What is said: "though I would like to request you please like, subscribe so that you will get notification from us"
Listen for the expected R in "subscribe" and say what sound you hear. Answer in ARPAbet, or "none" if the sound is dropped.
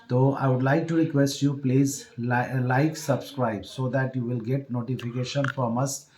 R